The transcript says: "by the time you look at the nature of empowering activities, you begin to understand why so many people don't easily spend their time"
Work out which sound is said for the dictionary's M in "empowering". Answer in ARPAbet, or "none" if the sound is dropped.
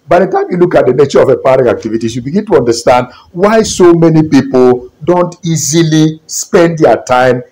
none